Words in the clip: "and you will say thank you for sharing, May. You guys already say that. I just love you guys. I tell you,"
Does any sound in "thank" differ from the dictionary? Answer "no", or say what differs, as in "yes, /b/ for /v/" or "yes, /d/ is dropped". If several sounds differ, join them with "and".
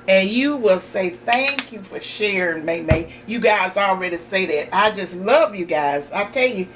no